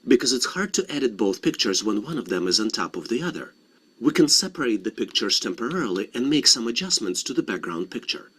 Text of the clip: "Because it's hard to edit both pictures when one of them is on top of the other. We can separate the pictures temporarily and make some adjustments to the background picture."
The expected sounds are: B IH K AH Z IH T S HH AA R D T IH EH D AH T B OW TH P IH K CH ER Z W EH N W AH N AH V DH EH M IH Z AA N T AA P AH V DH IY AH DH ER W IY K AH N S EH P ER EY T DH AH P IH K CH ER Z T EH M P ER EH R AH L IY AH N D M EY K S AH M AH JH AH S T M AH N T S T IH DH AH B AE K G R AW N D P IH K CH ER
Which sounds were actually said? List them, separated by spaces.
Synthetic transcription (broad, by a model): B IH K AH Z IH T S HH AA R D T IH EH D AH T B OW TH P IH K CH ER Z W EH N W AH N AH V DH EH M IH Z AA N T AA P AH V DH IY AH DH ER W IY K AH N S EH P ER EY T DH AH P IH K CH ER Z T EH M P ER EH R L IY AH N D M EY K S AH M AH JH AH S M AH N T S T IH DH AH B AE K G R AW N D P IH K CH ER